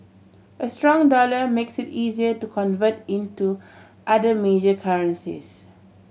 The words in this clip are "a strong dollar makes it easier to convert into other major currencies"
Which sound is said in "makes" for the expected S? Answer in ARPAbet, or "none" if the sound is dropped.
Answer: S